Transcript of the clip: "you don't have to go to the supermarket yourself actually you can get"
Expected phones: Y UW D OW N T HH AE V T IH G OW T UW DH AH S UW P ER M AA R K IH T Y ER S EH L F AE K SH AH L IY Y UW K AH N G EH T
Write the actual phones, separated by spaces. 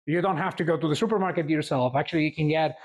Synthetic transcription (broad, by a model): Y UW D OW N T HH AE F T IH G OW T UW DH AH S UW P ER M AA R K IH T Y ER S EH L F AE K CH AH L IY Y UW K AH N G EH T